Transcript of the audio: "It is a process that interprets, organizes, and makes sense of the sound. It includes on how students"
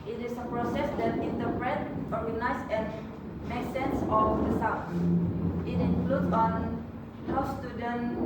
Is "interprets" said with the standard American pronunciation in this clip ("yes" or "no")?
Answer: no